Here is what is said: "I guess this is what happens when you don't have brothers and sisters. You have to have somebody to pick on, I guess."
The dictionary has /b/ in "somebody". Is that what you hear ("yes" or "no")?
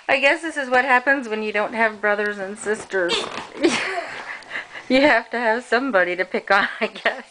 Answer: yes